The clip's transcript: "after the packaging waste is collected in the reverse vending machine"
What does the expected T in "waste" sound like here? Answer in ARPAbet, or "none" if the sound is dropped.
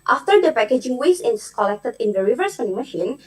none